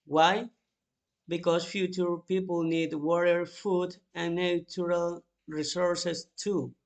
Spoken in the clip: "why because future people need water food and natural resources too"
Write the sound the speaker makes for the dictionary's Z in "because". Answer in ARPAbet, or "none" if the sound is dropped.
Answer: S